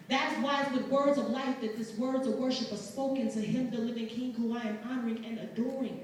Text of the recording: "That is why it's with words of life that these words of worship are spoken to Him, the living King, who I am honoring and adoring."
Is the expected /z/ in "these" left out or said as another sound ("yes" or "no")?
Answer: yes